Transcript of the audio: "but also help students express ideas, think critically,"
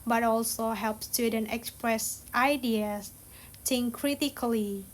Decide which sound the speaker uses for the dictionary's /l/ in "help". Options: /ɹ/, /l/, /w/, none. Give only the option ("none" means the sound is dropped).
/l/